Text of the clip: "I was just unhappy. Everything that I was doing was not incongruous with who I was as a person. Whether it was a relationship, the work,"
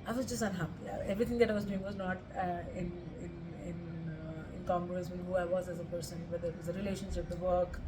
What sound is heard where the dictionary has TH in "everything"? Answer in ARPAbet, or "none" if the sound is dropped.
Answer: T